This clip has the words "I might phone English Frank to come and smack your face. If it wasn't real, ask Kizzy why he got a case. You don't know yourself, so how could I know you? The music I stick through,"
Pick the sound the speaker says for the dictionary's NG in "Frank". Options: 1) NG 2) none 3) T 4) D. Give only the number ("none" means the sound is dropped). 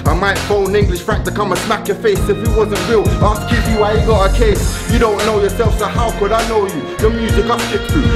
2